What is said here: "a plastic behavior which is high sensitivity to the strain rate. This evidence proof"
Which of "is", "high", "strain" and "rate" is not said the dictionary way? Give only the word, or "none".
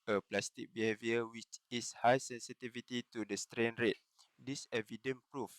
is